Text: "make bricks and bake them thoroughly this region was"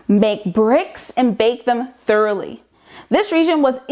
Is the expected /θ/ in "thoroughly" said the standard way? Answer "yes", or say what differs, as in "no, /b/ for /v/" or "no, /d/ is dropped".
yes